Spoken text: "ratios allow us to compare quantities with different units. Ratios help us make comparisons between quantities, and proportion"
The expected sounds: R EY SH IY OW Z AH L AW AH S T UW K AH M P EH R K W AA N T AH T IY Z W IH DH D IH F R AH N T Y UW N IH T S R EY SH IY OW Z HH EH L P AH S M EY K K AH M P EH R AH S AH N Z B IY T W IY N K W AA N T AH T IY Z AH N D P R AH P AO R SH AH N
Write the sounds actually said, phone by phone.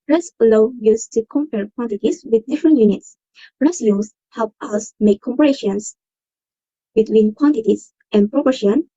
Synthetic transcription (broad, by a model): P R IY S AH L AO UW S T UW K AH M P EH R K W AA N T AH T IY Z W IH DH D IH F R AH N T Y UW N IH T S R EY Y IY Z HH EH L P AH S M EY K K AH M P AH R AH SH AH N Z B IY T W IY N K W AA N T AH T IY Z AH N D P R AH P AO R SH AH N